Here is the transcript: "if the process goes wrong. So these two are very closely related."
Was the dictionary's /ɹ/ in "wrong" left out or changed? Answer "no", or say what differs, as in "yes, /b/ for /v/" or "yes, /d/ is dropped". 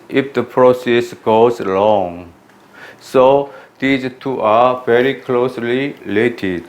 yes, /l/ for /ɹ/